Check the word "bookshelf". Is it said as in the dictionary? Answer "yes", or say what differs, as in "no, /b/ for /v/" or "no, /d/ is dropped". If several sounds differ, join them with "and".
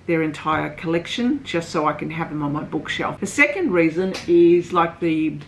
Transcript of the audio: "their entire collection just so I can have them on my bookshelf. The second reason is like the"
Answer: yes